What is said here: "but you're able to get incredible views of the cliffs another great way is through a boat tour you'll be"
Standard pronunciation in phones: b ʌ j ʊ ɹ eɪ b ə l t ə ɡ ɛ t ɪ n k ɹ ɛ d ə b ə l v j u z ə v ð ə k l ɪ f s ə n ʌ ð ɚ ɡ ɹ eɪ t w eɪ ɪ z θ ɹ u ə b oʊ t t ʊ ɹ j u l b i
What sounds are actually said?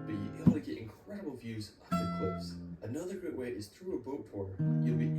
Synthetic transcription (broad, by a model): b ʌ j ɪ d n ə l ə ɡ ɛ t ɪ n k ɹ ɛ d ə b ə l v j u z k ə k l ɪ s ə n ʌ ð ɚ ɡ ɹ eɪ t w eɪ ɪ z θ ɹ u ə b oʊ t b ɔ ɹ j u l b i